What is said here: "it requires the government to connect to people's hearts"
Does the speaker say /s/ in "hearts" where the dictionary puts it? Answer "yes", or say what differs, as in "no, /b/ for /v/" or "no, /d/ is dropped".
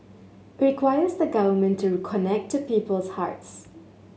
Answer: yes